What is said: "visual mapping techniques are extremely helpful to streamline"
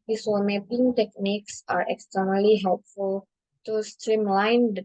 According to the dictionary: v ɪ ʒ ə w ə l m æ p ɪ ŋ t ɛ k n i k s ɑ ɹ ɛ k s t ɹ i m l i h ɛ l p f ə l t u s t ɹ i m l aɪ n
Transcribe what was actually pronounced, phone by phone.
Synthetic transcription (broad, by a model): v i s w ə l m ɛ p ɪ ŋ t ɛ k n i k s ɑ ɹ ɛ k s t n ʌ l i h ɛ l p f ə l t u s t ɹ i m l aɪ n